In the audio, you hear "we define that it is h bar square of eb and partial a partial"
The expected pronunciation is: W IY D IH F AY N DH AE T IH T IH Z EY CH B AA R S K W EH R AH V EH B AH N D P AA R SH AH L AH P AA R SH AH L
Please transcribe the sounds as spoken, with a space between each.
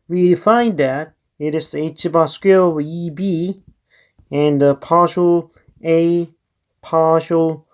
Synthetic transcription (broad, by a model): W IY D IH F AY N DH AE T IH T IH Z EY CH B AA S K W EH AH B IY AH N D P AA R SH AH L AH P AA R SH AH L